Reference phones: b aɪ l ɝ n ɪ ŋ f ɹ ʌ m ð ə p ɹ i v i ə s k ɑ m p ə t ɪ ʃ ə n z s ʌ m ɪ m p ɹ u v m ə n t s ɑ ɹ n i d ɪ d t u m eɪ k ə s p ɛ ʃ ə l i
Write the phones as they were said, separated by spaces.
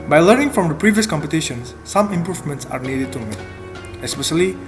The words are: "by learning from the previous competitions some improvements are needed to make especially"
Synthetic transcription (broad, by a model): b aɪ l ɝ n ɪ ŋ f ɹ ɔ m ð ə p ɹ i v i ə s k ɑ m p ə t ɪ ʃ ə n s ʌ m ɪ m p ɹ u v m ə n t s ɑ ɹ n i d ɪ d t u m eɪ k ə s p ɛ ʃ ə l i